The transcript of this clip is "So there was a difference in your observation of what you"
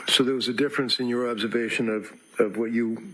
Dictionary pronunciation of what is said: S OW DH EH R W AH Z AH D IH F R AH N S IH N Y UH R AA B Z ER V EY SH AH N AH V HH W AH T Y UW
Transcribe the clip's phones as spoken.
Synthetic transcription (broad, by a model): S OW DH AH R W AH Z AH D IH F R AH N S IH N Y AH R AA B Z ER V EY SH AH N AH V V W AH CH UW